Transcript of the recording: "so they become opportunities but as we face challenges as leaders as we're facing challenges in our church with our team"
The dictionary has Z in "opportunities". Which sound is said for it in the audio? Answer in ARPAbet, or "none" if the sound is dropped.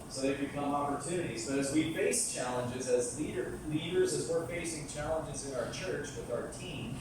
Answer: Z